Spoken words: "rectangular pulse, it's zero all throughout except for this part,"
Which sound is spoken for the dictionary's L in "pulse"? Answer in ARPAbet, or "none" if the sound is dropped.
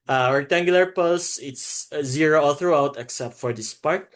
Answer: none